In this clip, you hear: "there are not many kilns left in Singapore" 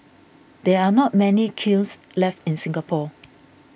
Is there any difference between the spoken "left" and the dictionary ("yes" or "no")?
no